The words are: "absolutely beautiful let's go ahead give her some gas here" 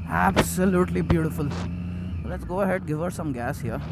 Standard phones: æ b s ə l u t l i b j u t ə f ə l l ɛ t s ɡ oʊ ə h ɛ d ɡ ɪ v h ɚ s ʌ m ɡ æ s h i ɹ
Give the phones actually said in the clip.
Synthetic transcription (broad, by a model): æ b s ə l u t l i b j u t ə f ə l l ɛ t s ɡ oʊ ə h ɛ d ɡ ɪ v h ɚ s ʌ m ɡ æ s h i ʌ